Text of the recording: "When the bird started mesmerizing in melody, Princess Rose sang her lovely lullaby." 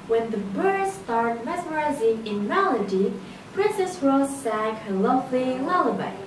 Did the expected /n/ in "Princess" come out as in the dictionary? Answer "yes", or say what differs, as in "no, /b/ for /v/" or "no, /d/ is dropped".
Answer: yes